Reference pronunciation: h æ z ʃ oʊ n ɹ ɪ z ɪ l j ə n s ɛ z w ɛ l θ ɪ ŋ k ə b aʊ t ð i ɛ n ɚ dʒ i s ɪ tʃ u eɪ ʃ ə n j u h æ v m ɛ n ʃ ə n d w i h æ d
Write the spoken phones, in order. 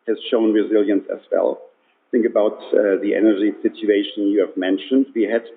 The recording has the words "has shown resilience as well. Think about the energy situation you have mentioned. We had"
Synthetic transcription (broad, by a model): h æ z ʃ oʊ n ɹ ɪ z ɪ l j ə n s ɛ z w ɛ l θ ɪ ŋ k ə b aʊ t ð i ɛ n ɚ dʒ i s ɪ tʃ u eɪ ʃ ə n j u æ v m ɛ n ʃ ə n d w i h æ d